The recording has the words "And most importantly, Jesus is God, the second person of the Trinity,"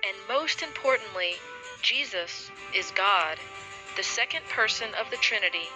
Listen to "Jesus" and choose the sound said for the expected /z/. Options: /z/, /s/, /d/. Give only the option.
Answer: /z/